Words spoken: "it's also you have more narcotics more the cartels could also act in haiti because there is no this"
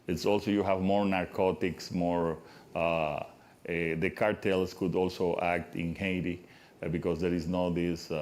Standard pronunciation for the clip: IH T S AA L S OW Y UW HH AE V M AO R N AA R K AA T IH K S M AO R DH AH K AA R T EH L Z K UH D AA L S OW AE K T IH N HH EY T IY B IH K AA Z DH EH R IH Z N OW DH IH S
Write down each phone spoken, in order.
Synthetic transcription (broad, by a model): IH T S AA L S OW Y UW HH AE V M AO R N AA R K AA T IH K S M AO R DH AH K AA R T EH L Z K UH D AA L S OW AE K T IH N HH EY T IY B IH K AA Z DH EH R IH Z N OW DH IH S